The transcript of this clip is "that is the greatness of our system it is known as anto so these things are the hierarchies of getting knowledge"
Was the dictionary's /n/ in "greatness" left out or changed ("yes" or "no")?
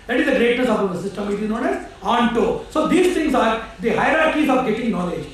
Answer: yes